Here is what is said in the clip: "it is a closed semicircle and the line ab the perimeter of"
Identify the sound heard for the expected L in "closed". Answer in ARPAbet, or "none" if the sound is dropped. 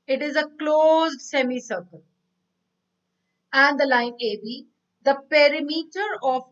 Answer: L